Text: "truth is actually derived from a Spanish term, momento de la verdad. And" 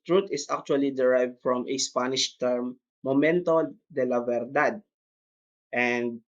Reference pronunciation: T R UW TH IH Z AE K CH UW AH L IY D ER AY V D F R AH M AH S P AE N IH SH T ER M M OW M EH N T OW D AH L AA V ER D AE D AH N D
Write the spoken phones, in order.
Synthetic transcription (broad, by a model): T R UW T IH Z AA K CH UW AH L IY D ER AY V D F R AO M AH S P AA N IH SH T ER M M OW M EH N T OW D AH L AA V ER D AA D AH N D